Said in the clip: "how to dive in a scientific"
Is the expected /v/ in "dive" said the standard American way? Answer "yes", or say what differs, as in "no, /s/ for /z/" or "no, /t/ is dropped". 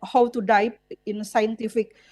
no, /p/ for /v/